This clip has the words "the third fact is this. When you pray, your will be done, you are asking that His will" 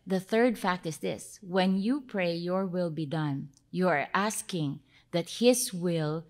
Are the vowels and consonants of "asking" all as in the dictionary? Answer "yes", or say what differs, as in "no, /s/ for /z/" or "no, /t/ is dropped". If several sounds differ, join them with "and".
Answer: yes